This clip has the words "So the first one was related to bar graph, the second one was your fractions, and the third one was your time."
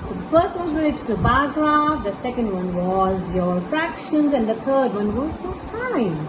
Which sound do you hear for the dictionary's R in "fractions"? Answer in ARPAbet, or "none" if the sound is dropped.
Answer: R